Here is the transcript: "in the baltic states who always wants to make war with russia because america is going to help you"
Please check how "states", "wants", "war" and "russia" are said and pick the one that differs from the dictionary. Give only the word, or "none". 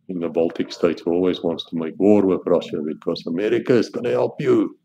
none